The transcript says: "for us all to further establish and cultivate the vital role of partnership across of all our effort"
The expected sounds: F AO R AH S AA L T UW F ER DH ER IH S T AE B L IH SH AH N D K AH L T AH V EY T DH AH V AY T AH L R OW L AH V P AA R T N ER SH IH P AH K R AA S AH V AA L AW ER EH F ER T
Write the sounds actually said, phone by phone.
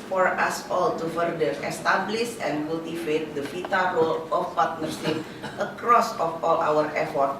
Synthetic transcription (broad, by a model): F AO R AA S AA L T UW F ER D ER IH S T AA B L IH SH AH N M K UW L T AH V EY T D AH F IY T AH R OW L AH F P AA R T N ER S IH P AH K R AA S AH F AA L AW ER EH F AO T